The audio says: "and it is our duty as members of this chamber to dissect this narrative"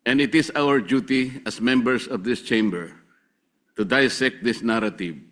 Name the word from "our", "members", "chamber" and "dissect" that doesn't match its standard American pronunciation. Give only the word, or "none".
members